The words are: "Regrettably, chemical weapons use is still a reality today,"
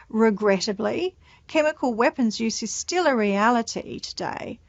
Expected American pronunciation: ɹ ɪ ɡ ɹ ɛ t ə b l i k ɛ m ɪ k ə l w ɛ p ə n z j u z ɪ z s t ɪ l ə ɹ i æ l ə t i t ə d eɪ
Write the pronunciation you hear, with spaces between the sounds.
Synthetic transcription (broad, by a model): ɹ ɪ ɡ ɹ ɛ t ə b l i k ɛ m ɪ k ə l w ɛ p ə n z j u z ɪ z s t ɪ l ə ɹ i æ l ə t i t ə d eɪ